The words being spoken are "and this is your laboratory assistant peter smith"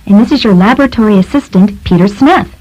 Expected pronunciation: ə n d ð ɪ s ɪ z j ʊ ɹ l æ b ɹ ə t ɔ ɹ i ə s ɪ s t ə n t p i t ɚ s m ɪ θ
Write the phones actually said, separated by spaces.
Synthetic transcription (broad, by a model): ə n ð ɪ s ɪ z j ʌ ɹ l æ b ɹ ə t ɔ ɹ i ə s ɪ s t ə n t p i t ɚ s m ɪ θ